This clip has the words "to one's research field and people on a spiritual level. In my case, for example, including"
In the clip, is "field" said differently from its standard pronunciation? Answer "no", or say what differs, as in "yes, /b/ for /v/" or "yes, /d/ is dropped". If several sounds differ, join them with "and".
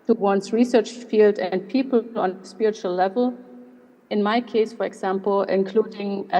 no